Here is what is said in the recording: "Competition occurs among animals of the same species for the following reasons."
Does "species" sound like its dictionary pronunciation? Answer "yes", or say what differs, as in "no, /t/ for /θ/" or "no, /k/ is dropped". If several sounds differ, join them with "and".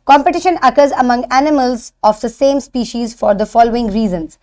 yes